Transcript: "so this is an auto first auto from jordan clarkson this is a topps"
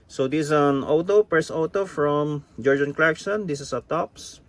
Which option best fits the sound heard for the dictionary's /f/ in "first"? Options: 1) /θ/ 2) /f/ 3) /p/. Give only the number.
3